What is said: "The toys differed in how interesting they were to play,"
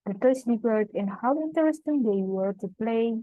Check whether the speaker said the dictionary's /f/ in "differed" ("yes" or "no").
no